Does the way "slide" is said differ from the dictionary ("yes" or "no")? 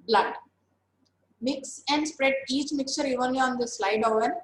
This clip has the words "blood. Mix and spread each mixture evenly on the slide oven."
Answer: no